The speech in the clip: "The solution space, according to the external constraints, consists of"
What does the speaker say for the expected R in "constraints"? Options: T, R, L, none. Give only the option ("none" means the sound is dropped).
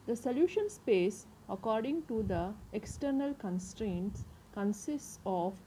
R